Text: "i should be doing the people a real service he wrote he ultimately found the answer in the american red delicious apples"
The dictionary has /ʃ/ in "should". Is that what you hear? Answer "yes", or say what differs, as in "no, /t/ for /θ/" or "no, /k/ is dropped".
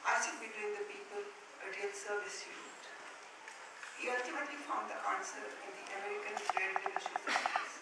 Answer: no, /s/ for /ʃ/